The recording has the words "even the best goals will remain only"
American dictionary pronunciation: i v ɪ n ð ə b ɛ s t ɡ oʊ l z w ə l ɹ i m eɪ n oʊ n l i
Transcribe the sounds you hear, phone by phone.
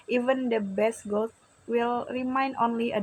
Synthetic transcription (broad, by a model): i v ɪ n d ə b ɛ s t ɡ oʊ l w ə l ɹ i m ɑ n oʊ n l i